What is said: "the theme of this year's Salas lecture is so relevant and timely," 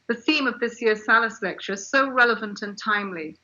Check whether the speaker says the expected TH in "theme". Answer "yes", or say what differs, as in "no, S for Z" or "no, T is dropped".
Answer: yes